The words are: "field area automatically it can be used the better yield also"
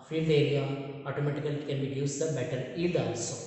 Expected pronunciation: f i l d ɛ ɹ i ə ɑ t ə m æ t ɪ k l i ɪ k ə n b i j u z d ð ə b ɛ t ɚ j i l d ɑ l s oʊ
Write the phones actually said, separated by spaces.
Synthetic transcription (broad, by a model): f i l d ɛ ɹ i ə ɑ t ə m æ t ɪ k i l k ə n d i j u s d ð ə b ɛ t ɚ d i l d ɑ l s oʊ